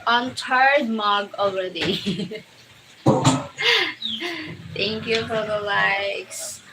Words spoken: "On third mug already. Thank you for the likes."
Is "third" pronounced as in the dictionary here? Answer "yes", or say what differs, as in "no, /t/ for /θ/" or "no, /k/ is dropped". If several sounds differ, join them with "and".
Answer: no, /t/ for /θ/